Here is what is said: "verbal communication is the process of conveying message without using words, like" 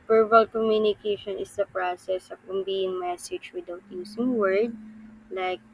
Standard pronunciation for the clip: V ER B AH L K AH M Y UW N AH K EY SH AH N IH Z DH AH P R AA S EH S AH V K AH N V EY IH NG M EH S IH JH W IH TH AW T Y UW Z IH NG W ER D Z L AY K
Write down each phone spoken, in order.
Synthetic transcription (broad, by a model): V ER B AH L K AH M Y UW N AH K EY SH AH N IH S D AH P R AA S EH S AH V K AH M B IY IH NG M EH S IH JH W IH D AW T Y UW S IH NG W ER D L AY K